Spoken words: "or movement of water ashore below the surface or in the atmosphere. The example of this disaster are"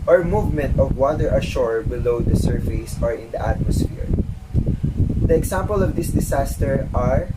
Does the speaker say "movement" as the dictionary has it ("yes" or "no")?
yes